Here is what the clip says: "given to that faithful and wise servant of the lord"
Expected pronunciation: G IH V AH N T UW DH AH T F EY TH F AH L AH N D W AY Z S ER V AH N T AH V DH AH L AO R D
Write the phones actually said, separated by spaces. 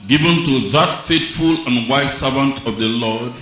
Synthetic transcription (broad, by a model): G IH V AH N T UW DH AH T F EY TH F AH L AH N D W AY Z S ER V AH N T AH V DH AH L AO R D